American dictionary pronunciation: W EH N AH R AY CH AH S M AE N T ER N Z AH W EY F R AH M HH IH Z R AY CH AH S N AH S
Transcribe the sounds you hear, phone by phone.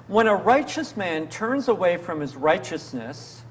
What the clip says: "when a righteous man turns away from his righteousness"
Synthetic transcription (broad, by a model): W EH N AH R AY CH AH S M AE N T ER N Z AH W EY F R AH M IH Z R AY CH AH S N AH S